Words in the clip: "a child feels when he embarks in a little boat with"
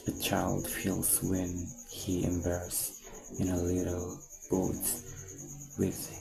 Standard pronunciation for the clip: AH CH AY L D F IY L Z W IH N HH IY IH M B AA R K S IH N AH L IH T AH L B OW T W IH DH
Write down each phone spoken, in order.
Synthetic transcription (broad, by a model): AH CH AY L D F IY L Z W IH N HH IY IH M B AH R S IH N AH L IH T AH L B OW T W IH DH